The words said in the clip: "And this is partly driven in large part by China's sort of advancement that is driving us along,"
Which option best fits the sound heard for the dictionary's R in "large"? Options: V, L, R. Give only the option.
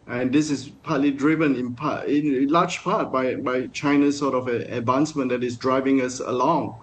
L